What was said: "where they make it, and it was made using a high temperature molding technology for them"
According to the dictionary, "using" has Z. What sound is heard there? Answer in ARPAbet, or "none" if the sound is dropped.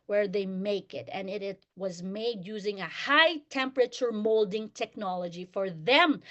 Z